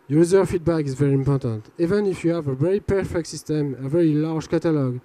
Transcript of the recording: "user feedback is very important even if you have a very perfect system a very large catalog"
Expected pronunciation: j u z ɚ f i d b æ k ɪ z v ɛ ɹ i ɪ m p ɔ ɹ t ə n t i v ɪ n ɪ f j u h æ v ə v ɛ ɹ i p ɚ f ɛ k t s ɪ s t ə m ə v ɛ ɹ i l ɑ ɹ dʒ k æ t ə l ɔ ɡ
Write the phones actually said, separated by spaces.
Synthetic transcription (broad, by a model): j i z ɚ f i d b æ k ɪ z v ɛ ɹ i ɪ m p ɔ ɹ t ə n t i v ɪ n ɪ f j u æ v ə v ɛ ɹ i p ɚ f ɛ k t s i s t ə m ə v ɛ ɹ i l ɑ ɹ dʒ k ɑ t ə l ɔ ɡ